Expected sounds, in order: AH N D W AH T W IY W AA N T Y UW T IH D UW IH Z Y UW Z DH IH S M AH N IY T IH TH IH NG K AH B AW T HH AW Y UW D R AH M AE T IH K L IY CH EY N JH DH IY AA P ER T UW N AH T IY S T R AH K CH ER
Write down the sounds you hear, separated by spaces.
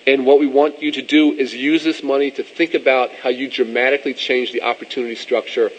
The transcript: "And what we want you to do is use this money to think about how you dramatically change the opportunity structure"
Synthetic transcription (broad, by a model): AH N W AH T W IY W AA N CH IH T IH D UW IH Z Y UW Z DH IH S M AH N IY T IH TH IH NG K AH B AW T HH AW Y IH D R AH M AE T IH K L IY CH EY N JH DH IY AA P ER T UW N AH T IY S T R AH K CH ER